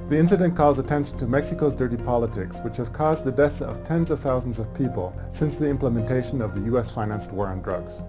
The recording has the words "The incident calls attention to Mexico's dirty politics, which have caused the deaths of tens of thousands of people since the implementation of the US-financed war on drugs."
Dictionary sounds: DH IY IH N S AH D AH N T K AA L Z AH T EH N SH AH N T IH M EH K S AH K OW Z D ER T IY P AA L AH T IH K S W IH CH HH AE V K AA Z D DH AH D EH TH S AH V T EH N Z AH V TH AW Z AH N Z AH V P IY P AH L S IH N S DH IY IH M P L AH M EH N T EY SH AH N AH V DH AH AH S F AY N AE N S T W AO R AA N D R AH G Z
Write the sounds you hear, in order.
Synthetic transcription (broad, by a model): DH IY IH N S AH D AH N K AA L Z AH T EH N SH N T IH M EH K S AH K OW Z D ER T IY P AA L AH T IH K S W IH CH HH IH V K AA Z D DH AH D EH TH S AH V T EH N Z AH V TH AW Z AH N Z AH V P IY P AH L S IH N S DH IY IH M P L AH M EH N T EY SH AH N AH V DH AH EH S F AY N AE N S T W AO R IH N D R AH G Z